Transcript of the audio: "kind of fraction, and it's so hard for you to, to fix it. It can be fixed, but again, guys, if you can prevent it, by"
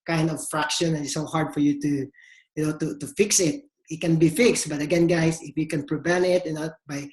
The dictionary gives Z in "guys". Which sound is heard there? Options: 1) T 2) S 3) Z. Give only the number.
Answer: 2